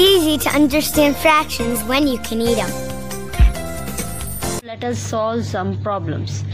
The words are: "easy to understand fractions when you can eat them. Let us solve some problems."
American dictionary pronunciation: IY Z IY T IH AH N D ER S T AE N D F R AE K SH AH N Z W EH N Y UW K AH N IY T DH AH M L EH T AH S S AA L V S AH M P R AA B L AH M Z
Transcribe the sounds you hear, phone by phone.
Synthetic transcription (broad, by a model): IY Z IY T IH AH N D ER S T AE N D F R AE K SH AH N Z W EH N Y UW K AH N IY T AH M L EH T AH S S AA L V S AH M P R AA B L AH M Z